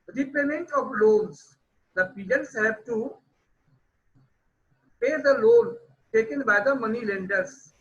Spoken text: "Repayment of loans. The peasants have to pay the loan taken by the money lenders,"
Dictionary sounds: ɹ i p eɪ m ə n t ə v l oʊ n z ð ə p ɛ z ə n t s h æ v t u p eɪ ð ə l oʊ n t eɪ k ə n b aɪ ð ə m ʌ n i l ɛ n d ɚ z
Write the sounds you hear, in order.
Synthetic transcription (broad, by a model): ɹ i p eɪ m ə n t ə v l oʊ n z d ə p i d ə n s h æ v t u p eɪ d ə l oʊ l t eɪ k ə n b aɪ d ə m ʌ n i l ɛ n d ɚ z